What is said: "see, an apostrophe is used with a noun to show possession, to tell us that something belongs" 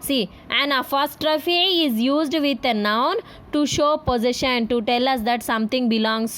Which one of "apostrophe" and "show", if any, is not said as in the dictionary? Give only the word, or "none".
apostrophe